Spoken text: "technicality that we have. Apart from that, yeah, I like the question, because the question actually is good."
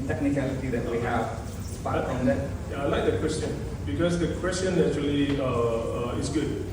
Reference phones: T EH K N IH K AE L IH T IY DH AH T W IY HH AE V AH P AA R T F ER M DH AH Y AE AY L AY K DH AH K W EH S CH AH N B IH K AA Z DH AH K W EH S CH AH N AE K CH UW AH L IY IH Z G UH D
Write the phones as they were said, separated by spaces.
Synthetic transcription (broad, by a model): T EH K N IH K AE L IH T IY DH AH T W IY HH AE V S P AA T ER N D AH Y AY L AY K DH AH K W EH S CH AH N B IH K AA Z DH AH K W EH S CH AH N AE CH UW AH L IY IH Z G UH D